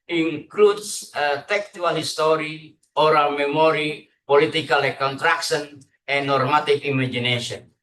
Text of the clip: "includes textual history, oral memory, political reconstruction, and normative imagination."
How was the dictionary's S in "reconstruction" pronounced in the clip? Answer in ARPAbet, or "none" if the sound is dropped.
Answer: none